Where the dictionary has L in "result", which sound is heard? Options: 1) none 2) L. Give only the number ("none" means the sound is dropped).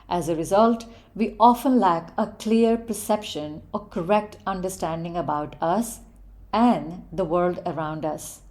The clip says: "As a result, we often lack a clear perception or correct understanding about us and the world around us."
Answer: 2